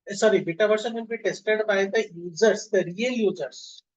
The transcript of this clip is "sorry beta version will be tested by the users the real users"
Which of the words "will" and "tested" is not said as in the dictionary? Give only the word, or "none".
will